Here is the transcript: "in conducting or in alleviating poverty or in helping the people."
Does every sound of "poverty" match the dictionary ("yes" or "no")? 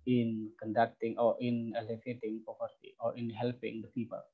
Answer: no